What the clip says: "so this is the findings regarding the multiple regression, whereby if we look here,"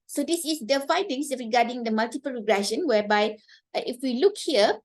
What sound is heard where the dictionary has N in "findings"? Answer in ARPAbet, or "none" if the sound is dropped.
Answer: none